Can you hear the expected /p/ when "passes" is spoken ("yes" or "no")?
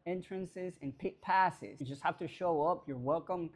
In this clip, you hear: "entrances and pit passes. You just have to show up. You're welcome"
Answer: yes